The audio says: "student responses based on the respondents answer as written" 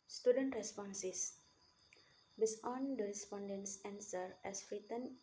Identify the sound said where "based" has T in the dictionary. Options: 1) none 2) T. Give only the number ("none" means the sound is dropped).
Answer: 1